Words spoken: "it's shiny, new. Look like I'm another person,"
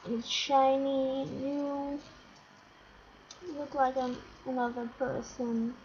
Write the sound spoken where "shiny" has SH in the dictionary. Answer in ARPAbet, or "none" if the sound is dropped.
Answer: SH